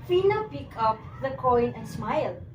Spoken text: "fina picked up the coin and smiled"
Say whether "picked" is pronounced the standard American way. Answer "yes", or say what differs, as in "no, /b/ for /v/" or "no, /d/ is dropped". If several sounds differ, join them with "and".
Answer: no, /t/ is dropped